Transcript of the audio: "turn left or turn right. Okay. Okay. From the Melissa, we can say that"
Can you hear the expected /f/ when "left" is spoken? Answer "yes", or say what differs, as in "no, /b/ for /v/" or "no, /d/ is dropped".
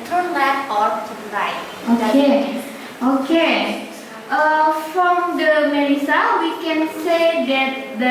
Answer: no, /f/ is dropped